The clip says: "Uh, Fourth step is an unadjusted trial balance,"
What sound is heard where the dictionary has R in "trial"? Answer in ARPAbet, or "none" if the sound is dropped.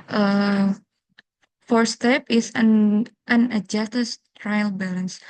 R